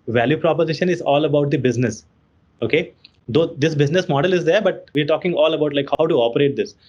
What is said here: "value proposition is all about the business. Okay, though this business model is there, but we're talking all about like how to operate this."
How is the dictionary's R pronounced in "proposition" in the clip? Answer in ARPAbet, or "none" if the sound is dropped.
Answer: R